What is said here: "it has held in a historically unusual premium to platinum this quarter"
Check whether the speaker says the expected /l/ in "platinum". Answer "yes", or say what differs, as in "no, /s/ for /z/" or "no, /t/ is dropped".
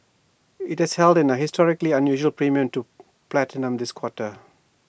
yes